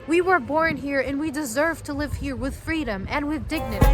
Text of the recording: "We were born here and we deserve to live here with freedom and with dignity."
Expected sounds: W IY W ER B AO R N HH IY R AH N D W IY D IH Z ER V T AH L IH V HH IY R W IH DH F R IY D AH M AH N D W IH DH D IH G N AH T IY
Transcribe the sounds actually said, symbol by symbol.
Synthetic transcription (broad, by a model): W IY W ER B AO R N HH IY R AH N W IY D IH Z ER V T AH L IH V HH IY R W IH DH F R IY D AH M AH N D W IH DH D IH G N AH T IY